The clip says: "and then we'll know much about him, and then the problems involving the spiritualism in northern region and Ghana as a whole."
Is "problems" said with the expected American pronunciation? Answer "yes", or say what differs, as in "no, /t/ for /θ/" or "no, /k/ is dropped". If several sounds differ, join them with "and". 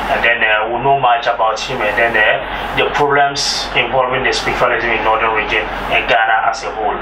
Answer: no, /s/ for /z/